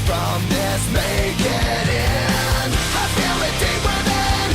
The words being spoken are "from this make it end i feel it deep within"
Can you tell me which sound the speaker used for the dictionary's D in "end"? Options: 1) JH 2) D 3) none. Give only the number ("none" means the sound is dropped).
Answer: 3